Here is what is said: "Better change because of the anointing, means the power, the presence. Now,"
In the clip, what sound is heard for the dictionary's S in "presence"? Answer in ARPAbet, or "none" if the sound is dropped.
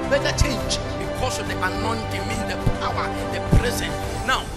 none